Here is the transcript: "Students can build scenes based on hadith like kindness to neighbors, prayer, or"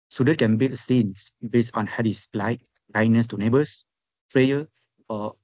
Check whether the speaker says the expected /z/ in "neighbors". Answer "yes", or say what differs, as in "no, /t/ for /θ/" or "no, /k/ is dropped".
no, /s/ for /z/